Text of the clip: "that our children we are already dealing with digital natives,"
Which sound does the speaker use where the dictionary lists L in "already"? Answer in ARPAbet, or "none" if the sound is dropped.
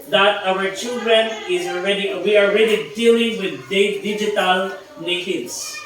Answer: W